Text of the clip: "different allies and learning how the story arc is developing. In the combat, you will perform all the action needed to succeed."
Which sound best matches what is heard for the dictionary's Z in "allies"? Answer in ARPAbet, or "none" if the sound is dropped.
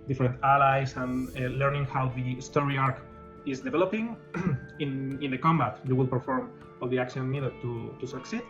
S